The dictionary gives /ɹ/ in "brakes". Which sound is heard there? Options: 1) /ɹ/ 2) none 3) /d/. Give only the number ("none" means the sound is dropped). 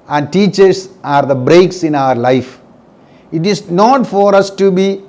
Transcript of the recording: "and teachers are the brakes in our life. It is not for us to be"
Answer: 1